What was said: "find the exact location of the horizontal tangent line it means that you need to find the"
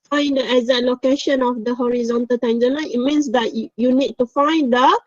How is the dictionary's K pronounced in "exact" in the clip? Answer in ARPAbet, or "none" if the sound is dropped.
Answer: none